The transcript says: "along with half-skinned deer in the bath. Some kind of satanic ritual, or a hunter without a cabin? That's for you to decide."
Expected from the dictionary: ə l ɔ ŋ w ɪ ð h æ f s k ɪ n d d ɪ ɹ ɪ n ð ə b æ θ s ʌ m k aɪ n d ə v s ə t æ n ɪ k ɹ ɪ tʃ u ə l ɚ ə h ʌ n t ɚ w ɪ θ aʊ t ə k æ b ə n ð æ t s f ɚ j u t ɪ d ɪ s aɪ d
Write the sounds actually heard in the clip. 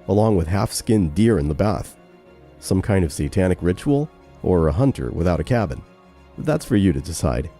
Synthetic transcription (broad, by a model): ə l ɔ ŋ w ɪ ð h æ f s k ɪ n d d ɪ ɹ ɪ n ð ə b æ θ s ʌ m k aɪ n d ə v s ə t æ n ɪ k ɹ ɪ tʃ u l ɚ ə h ʌ n t ɚ w ɪ θ aʊ t ə k æ b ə n ð æ t s f ɚ j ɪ t ɪ d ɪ s aɪ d